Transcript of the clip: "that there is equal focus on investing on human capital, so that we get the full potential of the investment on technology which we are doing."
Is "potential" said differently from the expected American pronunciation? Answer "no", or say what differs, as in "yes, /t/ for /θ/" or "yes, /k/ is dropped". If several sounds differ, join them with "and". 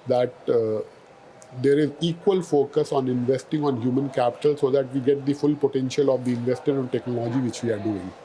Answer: no